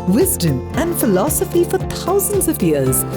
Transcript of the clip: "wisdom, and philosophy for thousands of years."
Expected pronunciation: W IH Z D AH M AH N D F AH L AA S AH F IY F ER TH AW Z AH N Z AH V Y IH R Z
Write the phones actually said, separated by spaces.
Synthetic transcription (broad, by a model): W IH Z D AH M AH N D F AH L AA S AH F IY F ER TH AW Z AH N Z AH V Y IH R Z